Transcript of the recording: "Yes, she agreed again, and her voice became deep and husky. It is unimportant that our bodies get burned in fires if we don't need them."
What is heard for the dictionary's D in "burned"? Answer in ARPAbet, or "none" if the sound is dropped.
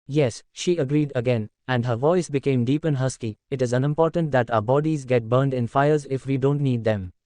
D